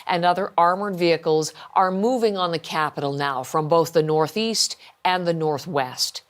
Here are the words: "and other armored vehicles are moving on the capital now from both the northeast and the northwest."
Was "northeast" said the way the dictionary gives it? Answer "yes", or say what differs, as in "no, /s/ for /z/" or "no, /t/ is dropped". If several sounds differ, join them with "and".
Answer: yes